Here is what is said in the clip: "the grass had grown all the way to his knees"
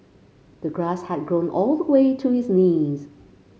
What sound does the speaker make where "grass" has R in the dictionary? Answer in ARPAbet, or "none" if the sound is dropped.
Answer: R